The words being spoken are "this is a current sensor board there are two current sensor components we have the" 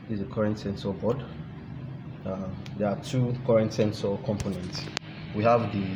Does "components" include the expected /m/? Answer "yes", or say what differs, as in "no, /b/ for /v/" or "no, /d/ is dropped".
yes